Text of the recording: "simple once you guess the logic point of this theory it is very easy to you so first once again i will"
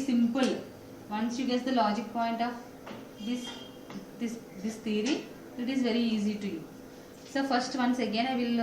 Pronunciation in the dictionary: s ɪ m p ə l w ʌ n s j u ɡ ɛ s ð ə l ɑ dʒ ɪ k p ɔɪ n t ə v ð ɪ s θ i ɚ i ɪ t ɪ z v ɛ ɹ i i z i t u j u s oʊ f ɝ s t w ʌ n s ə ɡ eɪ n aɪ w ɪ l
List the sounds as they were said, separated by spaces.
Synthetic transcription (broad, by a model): s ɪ m p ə l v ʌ n s j u ɡ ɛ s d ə l ɑ dʒ ɪ k p ɔɪ n t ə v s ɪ s t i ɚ i ɪ t ɪ z v ɛ ɹ i i z i t u j u s oʊ f ɝ s t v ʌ n s ə ɡ eɪ n aɪ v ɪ l